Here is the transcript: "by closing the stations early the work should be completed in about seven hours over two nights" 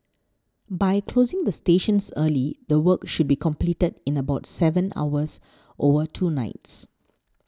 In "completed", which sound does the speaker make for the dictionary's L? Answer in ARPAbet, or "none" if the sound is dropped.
L